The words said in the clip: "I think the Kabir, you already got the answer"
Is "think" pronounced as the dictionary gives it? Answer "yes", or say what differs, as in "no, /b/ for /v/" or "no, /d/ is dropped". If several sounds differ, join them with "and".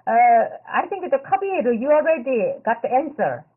no, /t/ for /θ/